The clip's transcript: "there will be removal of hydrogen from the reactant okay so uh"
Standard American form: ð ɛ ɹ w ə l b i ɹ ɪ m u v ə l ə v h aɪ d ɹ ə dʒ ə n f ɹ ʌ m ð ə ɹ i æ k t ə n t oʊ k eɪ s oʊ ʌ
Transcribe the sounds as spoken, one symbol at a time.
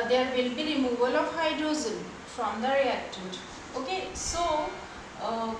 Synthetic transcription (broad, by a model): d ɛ ɹ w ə l b i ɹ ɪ m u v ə l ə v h aɪ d ə z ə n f ɹ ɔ m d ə ɹ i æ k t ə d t oʊ k eɪ s oʊ